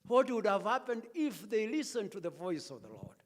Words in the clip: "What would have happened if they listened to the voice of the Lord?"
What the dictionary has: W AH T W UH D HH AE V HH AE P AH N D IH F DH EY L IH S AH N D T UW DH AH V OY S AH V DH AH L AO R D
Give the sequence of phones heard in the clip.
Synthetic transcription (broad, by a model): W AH T W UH D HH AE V HH AE P AH N D IH F DH EY L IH S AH N T UW DH AH V OY S AH V DH AH L AO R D